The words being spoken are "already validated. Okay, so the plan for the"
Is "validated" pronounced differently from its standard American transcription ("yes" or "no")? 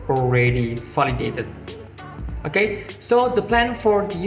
yes